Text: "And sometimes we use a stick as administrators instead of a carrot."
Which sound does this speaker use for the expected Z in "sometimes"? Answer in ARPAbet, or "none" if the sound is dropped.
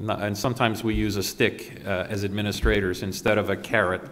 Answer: Z